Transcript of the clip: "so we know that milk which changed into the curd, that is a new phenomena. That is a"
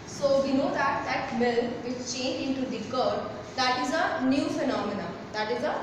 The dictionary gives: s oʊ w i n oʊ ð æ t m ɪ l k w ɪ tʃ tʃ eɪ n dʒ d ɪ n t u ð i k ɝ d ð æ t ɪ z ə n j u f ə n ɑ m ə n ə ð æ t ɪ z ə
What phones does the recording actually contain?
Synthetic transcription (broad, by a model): s oʊ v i n oʊ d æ t m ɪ l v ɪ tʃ tʃ eɪ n dʒ ɪ n t u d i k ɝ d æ t ɪ z ə n j u f ə n ɑ m ə n ə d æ t ɪ z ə